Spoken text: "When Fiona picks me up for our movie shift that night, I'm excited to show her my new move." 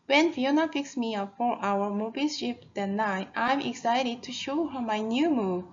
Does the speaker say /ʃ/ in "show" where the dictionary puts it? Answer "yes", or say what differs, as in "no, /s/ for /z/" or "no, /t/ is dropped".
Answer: yes